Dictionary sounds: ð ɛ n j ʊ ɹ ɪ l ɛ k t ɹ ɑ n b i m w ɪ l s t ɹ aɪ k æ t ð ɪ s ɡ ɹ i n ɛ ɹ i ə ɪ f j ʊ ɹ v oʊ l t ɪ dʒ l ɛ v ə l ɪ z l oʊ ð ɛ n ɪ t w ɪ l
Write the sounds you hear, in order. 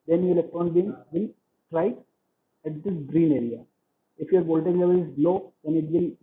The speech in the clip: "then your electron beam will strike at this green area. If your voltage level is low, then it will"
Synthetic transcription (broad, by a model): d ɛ n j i ɪ l ɛ k t ɹ ɑ n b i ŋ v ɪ l t ɹ aɪ æ t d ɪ s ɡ ɹ i n ɛ ɹ i ə ɪ f j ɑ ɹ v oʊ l t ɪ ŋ l ɛ v ə l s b l oʊ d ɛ n ɪ t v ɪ l